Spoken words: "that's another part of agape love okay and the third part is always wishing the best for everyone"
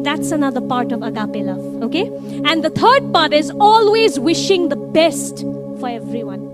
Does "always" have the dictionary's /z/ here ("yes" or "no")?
yes